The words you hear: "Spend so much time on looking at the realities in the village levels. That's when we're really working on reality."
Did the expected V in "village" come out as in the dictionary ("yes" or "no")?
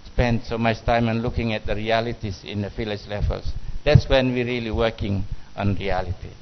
no